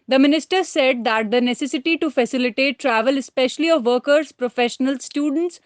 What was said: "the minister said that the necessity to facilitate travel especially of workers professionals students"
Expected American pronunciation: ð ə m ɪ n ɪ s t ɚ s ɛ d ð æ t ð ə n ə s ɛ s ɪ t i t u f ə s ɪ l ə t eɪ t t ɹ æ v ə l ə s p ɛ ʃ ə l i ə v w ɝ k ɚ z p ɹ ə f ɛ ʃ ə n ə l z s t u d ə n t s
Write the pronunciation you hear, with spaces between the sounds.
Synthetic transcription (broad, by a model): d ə m ɪ n ɪ s t ɚ s ɛ d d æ t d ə n ə s ɛ s ɪ t i t u f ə s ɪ l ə t eɪ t t ɹ æ v ə l ə s p ɛ ʃ ə l i ə v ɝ k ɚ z p ɹ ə f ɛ ʃ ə n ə l s t u d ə n t s